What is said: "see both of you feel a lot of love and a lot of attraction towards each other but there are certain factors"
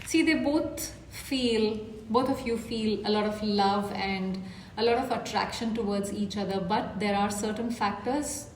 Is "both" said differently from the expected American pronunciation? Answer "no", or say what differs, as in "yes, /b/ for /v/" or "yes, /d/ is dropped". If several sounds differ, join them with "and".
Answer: yes, /f/ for /θ/